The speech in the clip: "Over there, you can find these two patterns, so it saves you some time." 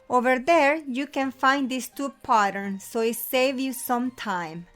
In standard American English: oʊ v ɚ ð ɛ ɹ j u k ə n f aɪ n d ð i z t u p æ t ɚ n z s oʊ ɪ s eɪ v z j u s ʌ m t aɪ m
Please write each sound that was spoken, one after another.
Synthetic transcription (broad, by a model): oʊ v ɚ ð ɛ ɹ j u k ə n f aɪ n d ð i s t u p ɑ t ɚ n s oʊ ɪ s eɪ v j u s ʌ m t aɪ m